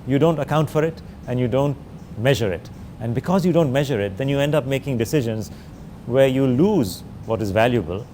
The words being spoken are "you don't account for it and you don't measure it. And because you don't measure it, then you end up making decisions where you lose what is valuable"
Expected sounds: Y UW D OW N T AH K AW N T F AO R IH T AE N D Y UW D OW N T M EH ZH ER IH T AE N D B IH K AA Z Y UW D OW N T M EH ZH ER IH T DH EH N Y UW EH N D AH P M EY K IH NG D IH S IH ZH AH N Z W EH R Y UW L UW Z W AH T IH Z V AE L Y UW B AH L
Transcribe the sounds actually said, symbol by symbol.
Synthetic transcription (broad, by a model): Y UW D OW N T AH K AW N T F AO R IH T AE N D Y UW D OW N T M EH ZH ER IH T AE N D B IH K AA Z Y UW D OW N T M EH ZH ER IH T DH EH N Y UW EH N D AH P M EY K IH NG D IH S IH ZH AH N Z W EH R Y UW L UW Z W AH T IH Z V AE L Y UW B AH L